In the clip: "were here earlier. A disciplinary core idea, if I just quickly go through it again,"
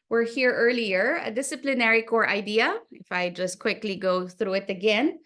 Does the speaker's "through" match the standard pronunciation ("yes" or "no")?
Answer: yes